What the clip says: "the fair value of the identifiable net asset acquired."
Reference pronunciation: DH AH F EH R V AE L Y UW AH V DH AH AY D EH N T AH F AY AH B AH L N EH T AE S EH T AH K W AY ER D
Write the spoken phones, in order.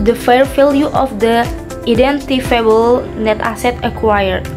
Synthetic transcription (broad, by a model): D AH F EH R F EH L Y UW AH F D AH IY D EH N T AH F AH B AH L N EH T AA S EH T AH K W AY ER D